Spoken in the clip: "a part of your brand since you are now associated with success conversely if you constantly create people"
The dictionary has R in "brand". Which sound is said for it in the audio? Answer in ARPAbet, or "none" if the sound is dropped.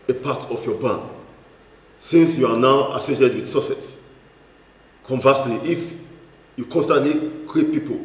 none